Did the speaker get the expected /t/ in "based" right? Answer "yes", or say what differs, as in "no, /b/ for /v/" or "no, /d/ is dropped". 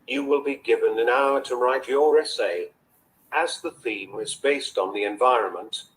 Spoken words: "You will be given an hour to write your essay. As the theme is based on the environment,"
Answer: yes